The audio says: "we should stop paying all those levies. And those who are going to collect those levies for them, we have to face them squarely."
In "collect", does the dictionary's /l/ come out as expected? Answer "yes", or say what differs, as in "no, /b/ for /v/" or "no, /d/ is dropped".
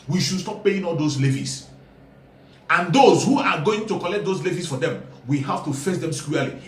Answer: yes